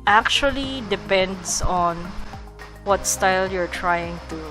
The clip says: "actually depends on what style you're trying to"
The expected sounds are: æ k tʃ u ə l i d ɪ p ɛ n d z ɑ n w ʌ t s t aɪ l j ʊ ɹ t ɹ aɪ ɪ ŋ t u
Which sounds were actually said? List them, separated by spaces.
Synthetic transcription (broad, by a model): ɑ k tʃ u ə l i d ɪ p ɛ n d s ɑ n w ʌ t s t aɪ l j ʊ ɹ t ɹ aɪ ɪ ŋ t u